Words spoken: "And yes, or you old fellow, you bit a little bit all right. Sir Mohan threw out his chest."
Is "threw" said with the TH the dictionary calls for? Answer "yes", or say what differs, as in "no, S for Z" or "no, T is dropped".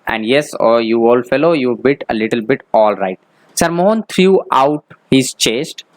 no, T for TH